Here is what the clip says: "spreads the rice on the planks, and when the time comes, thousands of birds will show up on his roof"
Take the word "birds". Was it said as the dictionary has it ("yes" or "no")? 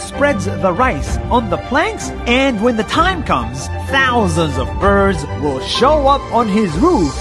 yes